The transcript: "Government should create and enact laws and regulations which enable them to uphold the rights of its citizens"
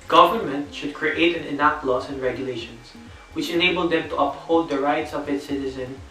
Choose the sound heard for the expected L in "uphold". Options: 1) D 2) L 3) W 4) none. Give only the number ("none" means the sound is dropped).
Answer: 4